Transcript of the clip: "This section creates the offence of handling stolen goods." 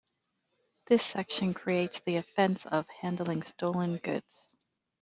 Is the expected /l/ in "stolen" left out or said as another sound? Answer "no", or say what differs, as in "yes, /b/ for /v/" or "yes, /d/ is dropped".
no